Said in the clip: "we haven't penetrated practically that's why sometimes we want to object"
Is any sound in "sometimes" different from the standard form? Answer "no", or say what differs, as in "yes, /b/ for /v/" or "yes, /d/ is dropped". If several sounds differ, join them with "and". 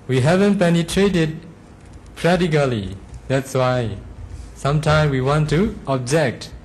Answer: yes, /z/ is dropped